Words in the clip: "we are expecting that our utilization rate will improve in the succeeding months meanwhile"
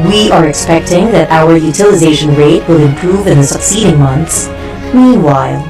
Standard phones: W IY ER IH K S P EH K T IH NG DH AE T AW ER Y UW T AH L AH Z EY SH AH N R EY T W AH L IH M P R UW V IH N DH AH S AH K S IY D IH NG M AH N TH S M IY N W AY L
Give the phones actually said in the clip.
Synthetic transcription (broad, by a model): W IY ER IH K S P EH K T IH NG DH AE T AW ER Y UW T AH L AH Z EY SH AH N R EY T W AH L IH M P R UW V IH N DH AH S AH K S IY D IH NG M AH N TH S M IY N W AY L